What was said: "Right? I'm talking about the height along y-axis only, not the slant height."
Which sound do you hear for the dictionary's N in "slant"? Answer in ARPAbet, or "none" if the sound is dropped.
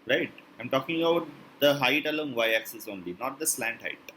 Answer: N